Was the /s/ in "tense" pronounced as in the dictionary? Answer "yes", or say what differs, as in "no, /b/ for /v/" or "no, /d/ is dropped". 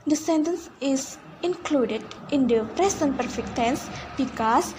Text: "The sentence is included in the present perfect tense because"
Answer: yes